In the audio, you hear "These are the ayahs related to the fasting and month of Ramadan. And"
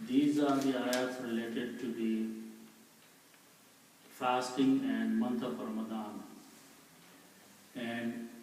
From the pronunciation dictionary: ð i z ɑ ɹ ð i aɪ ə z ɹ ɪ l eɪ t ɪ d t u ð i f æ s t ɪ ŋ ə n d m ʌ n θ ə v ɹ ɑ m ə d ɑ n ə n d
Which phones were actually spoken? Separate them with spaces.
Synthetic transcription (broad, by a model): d i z ɑ ɹ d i aɪ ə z ɹ ɪ l eɪ t ɪ d t u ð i f æ s t ɪ ŋ ə n d m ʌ n t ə p ɹ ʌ m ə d ɑ n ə n d